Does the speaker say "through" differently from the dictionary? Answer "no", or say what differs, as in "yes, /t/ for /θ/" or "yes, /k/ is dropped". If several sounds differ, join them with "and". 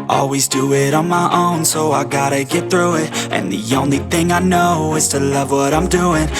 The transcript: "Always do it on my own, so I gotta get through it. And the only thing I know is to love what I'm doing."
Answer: no